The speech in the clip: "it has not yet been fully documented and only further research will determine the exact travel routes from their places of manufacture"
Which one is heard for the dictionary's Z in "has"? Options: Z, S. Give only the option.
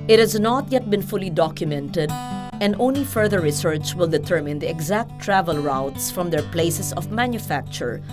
Z